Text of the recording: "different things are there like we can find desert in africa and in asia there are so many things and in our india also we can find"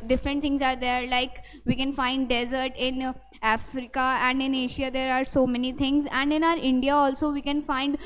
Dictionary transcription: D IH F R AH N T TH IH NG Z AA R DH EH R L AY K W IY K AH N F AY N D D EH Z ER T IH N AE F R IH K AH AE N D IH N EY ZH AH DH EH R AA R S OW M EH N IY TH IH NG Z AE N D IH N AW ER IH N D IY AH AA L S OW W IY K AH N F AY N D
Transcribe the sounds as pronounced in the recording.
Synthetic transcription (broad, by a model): D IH F R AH N T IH NG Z AA R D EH R L AY K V IY K AH N F AY N D D EH Z ER T IH N AE F R IH K AH AE N D IH N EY SH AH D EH R AA R S OW M EH N IY T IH NG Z AE N D IH N AW ER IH N D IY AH AA L S OW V IY K AH N F AY N D